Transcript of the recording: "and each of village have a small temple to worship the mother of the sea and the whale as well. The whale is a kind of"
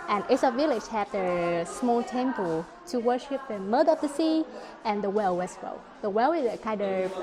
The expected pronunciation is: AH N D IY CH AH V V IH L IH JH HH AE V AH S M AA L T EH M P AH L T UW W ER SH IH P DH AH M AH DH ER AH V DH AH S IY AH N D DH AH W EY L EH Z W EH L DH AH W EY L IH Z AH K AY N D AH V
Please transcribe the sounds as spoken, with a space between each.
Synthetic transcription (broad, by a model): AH N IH S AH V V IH L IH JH HH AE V AH S M AA L T EH M P AH L T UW W ER SH IH P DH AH M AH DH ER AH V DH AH S IY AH N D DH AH W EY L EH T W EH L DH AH W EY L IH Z AH K AY N D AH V